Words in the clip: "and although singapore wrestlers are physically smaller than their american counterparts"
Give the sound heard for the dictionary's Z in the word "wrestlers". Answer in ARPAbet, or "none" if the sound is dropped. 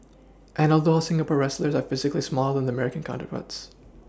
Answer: Z